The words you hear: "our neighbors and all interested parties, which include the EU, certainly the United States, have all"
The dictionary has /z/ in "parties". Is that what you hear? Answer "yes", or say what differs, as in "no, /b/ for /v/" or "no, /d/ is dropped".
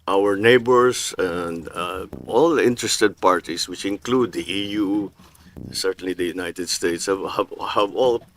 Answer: no, /s/ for /z/